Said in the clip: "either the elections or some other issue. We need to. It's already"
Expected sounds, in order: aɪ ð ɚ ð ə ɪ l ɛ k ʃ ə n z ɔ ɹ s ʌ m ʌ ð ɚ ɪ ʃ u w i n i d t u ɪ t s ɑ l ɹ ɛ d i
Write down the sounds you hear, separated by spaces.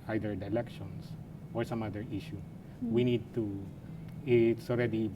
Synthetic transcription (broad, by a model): aɪ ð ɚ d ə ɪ l ɛ k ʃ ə n s ɔ ɹ s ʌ m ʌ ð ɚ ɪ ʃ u w i n i d t u ɪ t s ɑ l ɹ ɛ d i